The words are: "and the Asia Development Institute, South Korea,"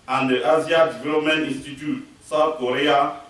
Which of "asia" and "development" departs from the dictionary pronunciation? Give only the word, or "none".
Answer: asia